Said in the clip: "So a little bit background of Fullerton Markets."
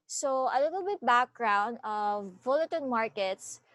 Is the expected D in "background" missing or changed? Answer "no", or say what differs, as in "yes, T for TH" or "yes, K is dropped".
no